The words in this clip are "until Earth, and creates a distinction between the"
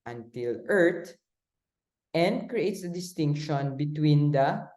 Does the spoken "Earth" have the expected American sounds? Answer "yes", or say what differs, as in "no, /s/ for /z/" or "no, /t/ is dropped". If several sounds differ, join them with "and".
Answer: no, /t/ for /θ/